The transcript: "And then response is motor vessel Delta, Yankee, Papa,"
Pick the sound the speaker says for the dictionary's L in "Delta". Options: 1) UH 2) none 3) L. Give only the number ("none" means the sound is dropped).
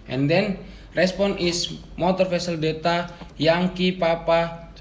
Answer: 2